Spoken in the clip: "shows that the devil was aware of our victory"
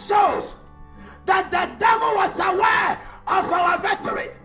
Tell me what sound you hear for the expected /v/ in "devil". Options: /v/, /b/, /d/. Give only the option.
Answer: /v/